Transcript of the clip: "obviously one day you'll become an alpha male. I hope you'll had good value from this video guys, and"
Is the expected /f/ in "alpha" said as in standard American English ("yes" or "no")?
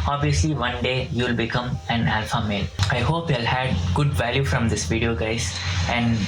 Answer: yes